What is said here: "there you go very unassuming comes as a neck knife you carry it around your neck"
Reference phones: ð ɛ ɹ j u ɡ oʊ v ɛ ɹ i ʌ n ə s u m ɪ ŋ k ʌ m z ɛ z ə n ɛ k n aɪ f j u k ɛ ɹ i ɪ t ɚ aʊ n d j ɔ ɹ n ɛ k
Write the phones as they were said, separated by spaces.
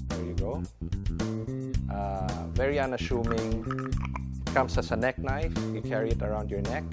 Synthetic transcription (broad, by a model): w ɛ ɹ j u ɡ oʊ v ɛ ɹ i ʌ n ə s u m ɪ ŋ k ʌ m s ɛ s ə n ɛ k n aɪ f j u k ɛ ɹ i ɪ t ɚ aʊ n d j ɔ ɹ n ɛ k